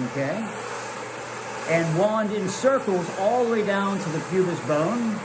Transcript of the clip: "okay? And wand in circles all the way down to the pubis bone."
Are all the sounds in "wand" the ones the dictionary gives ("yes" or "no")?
yes